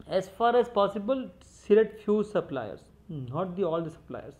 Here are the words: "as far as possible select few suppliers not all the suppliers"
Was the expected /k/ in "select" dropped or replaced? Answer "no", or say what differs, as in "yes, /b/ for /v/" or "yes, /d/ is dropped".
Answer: yes, /k/ is dropped